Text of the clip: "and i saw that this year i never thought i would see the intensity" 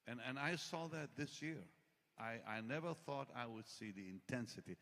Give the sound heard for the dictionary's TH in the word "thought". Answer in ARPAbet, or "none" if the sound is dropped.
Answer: TH